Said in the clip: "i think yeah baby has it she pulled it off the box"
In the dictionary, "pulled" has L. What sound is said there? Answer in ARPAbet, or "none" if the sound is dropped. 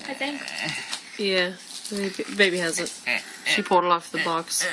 none